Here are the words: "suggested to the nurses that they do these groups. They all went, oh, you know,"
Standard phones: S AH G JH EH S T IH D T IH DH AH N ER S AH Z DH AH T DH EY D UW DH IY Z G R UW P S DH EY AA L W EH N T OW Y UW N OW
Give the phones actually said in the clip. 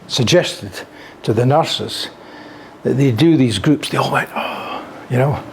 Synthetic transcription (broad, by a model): S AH G JH EH S T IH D T IH DH AH N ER S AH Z DH AH T DH EY D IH DH IY Z G R UW P S DH EY AA L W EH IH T OW Y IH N OW